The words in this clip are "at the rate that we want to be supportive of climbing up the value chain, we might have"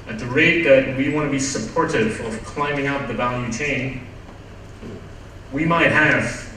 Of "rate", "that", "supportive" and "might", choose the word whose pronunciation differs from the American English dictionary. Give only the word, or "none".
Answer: none